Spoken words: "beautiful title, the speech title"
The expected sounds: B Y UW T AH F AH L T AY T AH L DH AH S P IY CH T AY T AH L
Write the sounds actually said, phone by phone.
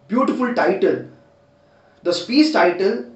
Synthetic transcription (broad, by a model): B Y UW T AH F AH L T AY T AH L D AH S P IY S T AY T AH L